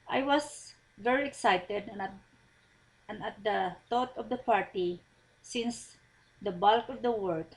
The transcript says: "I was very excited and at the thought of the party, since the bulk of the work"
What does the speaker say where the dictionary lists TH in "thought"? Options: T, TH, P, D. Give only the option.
T